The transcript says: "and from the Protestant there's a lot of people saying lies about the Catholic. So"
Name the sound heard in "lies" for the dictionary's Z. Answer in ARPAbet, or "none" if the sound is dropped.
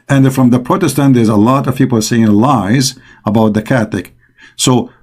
Z